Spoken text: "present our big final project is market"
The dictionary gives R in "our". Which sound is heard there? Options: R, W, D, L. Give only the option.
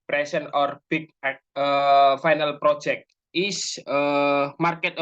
R